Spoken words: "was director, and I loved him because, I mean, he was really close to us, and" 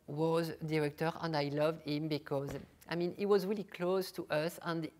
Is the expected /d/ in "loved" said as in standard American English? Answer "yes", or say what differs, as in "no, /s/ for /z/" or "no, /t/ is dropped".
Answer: yes